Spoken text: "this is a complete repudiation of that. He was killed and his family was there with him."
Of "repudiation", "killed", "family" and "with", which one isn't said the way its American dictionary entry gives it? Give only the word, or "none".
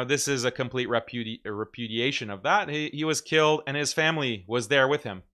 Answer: none